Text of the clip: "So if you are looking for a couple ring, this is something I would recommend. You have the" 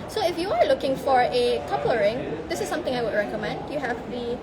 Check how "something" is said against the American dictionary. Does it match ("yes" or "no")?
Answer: no